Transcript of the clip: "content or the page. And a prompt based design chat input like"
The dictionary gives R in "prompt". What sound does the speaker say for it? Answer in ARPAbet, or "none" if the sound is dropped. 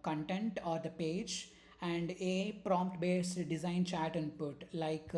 R